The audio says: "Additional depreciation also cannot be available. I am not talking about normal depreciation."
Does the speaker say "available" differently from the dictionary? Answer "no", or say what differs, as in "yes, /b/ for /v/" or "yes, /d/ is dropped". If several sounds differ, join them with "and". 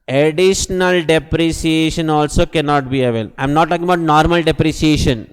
yes, /b/ is dropped